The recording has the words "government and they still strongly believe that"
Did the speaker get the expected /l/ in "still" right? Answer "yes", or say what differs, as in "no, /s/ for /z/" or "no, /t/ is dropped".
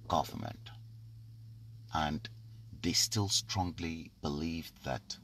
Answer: yes